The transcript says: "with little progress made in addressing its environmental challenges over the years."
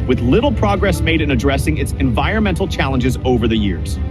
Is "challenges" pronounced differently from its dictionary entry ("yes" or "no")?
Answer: no